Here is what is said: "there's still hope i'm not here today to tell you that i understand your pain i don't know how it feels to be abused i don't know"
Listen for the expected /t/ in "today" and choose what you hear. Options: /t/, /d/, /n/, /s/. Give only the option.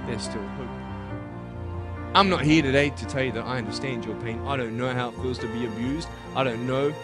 /t/